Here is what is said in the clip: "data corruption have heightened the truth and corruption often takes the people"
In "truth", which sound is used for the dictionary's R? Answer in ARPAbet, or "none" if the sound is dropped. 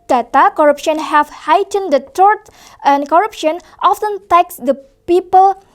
none